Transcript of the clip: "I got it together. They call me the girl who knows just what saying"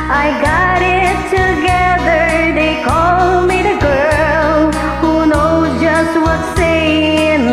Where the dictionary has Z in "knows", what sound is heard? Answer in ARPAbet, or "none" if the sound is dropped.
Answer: none